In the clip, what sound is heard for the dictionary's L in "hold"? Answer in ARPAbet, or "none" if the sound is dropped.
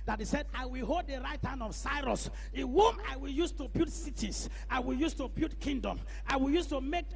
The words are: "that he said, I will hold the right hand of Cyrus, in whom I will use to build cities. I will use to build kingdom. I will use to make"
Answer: L